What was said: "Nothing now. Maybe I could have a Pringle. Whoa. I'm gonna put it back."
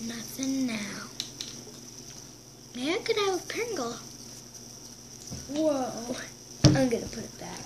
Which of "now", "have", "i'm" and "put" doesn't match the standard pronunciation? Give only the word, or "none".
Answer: have